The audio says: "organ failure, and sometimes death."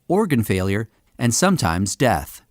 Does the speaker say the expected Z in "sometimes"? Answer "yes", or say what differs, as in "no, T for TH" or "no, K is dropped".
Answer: yes